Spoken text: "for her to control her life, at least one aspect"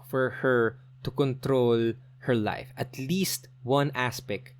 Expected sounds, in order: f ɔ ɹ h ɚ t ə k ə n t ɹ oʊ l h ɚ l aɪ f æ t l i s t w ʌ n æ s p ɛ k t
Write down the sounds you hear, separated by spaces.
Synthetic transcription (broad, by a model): f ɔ ɹ h ɚ t ə k ə n t ɹ oʊ l h ɚ l aɪ f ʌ t l i s t w ʌ n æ s p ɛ k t